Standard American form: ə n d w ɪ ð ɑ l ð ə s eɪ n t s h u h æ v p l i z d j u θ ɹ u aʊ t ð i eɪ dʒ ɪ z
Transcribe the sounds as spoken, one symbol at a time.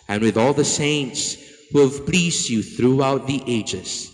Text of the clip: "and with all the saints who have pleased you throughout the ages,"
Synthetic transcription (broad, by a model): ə n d w ɪ ð ɑ l ð ə s eɪ n t s h u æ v p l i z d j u θ ɹ u aʊ t ð i eɪ dʒ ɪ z